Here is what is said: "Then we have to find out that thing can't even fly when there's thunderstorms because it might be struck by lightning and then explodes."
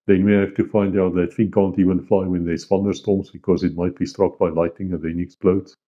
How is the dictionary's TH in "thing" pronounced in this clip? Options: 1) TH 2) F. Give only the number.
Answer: 2